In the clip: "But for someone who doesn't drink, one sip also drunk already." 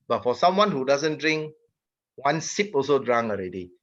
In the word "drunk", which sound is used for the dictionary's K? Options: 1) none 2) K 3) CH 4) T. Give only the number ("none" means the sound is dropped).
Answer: 1